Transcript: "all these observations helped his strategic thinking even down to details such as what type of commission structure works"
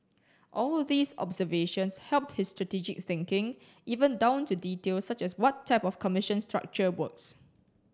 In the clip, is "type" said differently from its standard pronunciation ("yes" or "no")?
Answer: no